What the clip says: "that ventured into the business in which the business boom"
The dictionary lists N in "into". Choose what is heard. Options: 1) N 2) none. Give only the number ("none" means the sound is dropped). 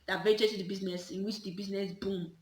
2